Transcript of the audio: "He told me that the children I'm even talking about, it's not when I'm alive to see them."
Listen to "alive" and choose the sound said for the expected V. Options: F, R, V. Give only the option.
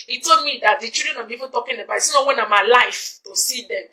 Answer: F